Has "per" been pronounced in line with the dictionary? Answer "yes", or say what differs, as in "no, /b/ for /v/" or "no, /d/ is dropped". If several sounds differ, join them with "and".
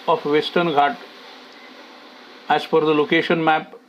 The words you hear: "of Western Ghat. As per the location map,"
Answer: no, /f/ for /p/